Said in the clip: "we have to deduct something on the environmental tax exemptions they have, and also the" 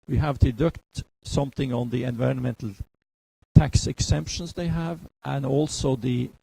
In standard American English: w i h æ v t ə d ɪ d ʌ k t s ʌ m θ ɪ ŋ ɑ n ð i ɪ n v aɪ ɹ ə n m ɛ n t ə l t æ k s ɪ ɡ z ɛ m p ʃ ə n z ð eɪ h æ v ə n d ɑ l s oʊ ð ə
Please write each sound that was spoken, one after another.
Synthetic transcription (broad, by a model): w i h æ v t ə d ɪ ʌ k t s ʌ m θ ɪ ŋ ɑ n ð i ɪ n v aɪ ɹ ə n m ɛ n t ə l t æ k s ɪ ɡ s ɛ m p ʃ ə n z ð eɪ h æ v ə n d ɑ l s oʊ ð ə